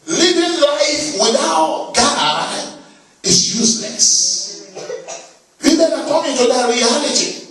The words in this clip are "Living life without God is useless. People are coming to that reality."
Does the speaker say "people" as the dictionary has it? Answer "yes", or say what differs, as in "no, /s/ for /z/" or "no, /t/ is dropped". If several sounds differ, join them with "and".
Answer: no, /n/ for /l/